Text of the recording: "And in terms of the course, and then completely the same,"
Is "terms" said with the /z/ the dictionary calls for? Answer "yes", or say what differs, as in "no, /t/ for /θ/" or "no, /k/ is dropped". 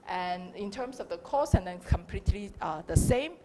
no, /s/ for /z/